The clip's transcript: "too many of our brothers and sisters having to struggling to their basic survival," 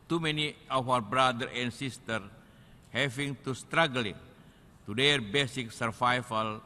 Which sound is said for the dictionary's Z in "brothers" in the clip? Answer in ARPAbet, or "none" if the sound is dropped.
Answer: none